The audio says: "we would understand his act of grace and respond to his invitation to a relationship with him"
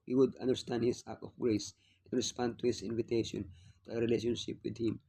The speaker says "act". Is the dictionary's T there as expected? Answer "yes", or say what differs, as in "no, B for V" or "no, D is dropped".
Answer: no, T is dropped